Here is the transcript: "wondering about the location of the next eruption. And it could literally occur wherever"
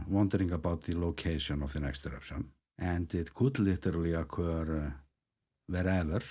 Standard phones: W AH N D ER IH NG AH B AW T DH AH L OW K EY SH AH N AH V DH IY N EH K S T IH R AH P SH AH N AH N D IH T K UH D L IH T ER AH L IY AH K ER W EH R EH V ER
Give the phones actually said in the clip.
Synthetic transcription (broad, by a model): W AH N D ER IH NG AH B AW T DH AH L OW K EY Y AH N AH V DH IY N EH K S T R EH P S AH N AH N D IH T K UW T L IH T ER L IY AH K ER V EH R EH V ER